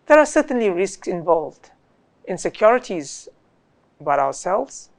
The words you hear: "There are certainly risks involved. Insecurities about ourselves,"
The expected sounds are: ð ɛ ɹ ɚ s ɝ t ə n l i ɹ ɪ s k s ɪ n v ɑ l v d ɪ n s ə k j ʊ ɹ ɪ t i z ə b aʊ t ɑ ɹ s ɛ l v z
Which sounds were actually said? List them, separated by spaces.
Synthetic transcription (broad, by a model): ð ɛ ɹ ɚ s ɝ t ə n l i ɹ ɪ s k s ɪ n v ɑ l v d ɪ n s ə k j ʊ ɹ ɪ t i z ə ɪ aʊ ɑ ɹ s ɛ l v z